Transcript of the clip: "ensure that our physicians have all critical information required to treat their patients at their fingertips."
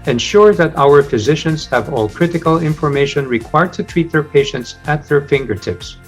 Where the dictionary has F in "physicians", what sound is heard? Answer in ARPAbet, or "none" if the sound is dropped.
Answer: F